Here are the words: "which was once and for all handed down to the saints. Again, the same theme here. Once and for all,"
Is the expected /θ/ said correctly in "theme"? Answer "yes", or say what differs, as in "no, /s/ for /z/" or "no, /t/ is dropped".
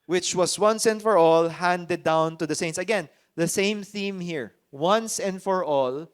yes